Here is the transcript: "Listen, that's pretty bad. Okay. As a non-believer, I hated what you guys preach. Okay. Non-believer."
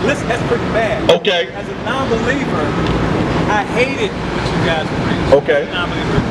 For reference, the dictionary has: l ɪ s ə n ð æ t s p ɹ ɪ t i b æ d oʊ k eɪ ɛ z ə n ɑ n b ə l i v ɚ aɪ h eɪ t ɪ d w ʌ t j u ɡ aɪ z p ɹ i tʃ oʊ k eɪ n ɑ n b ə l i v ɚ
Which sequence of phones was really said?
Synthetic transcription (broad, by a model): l ɪ s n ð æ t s p ɹ ɪ t i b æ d oʊ k eɪ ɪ z ə n ɑ n b ə l i v ɚ aɪ h eɪ t ɪ d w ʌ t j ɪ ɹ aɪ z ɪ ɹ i oʊ k eɪ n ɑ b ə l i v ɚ